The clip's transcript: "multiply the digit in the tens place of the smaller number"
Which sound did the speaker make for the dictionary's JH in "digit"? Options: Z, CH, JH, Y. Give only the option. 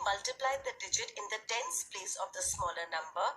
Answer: JH